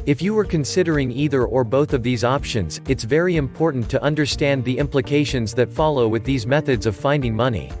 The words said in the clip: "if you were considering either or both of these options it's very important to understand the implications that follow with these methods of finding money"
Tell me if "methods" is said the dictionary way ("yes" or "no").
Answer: yes